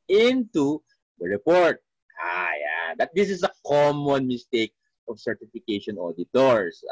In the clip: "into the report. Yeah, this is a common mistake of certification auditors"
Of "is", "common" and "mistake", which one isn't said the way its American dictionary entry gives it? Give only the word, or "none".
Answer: is